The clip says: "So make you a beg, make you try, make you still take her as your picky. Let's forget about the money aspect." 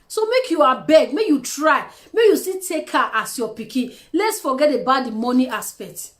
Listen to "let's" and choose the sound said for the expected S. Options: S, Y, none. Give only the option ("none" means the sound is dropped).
S